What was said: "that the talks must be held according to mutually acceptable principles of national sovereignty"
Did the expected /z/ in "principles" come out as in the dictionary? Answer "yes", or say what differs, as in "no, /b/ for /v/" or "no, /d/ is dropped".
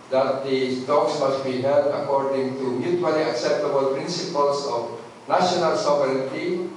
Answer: no, /s/ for /z/